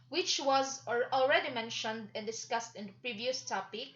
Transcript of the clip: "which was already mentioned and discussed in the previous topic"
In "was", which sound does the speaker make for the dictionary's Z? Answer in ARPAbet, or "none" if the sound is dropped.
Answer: Z